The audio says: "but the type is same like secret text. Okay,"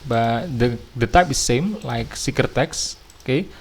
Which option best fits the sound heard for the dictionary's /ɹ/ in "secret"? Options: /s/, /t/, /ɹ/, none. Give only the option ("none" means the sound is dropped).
none